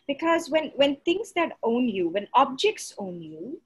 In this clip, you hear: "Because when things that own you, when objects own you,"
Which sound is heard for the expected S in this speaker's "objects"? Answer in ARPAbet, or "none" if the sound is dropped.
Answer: S